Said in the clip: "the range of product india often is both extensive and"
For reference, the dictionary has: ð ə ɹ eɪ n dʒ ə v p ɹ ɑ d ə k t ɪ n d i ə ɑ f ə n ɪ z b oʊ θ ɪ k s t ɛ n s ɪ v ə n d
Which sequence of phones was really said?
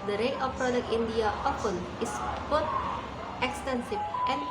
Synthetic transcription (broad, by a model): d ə ɹ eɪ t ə f p ɹ ɑ d ə k t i n d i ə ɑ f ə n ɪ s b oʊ t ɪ k s t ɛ n s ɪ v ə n